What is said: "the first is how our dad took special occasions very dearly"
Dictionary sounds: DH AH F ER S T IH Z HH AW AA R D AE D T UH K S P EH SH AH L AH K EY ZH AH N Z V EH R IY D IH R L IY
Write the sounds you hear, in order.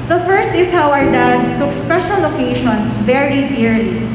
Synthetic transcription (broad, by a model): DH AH F ER S T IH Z HH AW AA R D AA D T UH K S P EH SH AH L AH K EY SH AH N S V EH R IY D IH R L IY